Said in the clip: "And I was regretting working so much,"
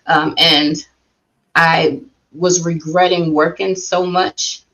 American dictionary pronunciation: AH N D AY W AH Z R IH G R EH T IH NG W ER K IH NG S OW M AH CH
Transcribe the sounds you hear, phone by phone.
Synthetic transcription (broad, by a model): AH N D AY W AH Z R IH G R EH T IH NG W ER K IH NG S OW M AH CH